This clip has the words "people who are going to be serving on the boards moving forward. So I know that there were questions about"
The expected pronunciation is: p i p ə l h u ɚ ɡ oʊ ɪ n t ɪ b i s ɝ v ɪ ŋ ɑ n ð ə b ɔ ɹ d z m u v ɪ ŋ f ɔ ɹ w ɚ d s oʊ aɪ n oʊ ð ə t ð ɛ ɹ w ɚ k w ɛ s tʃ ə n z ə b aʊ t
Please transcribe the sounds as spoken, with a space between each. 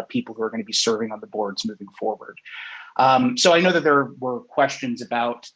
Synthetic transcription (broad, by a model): p i p l h u ɚ ɡ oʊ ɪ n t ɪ b i s ɝ v ɪ ŋ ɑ n ð ə b ɔ ɹ d z m u v ɪ ŋ f ɔ ɹ w ɚ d s oʊ aɪ n oʊ ð ə t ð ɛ ɹ w ɚ k w ɛ s tʃ ə n z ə b aʊ t